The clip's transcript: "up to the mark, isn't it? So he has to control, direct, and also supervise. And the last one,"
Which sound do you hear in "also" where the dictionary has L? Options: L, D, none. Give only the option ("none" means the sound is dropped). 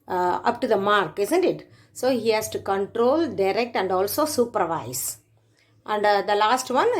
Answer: L